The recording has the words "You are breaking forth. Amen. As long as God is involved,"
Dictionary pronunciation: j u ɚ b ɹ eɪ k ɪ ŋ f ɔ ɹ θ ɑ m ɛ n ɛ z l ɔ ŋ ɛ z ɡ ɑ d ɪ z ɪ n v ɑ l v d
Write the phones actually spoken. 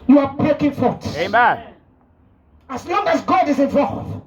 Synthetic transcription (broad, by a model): j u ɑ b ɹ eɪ k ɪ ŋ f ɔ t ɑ ɑ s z l ɔ ŋ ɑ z ɡ ɑ d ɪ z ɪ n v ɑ l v